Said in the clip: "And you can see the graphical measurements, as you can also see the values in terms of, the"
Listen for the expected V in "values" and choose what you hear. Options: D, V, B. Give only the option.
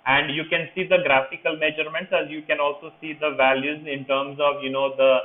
V